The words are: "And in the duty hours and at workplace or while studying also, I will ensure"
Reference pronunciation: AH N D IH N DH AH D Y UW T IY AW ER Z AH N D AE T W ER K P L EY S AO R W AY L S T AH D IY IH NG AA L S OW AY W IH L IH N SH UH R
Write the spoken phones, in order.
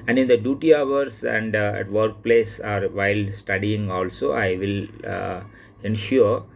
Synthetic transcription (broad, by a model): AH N D IH N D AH D Y UW T IY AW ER S AH N D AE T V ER K P L EY S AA R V AY L S T AH D IY IH NG AA L S OW AY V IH L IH N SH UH R